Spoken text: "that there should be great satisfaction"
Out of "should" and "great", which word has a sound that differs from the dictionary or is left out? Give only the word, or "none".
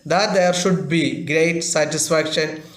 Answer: none